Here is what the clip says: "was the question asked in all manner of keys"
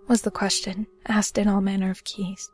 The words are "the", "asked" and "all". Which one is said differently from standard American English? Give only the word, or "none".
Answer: none